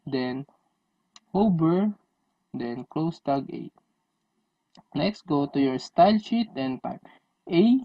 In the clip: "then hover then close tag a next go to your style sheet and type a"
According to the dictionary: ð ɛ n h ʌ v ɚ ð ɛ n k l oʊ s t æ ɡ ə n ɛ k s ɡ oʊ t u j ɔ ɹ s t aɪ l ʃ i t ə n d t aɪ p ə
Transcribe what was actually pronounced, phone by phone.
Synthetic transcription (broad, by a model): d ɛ n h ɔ b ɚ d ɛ n k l oʊ s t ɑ ɡ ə n ɛ k s ɡ oʊ t u j ɔ ɹ s t aɪ l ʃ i t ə n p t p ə